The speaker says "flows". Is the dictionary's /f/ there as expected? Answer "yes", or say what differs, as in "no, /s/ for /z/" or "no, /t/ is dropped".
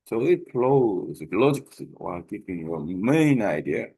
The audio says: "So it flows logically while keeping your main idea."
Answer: no, /p/ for /f/